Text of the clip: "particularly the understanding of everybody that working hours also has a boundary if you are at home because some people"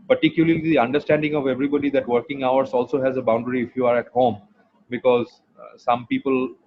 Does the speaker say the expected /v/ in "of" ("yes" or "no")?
yes